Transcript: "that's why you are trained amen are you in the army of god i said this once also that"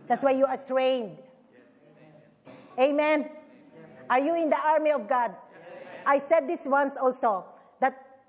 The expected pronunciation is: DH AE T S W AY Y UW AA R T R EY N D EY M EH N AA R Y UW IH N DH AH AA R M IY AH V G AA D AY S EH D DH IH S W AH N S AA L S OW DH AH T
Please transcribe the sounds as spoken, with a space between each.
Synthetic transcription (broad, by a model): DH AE T S W AY Y UW AA R T R EY N D EY M EH N AA R Y UW IH N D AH AA R M IY AH V G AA D AY S EH D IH S W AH N S AA L S OW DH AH T